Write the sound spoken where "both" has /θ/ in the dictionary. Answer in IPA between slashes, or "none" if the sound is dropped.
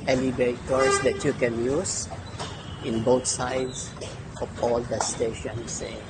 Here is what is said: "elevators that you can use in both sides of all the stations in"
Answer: /t/